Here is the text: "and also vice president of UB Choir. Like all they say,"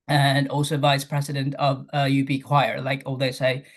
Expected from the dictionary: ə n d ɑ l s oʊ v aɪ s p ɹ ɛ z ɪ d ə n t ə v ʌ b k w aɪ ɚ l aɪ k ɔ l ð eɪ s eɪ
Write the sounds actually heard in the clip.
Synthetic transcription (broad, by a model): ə n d ɑ l s oʊ v aɪ s p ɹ ɛ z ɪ d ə n t ə v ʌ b k w aɪ ɚ l aɪ k ɔ l ð eɪ s eɪ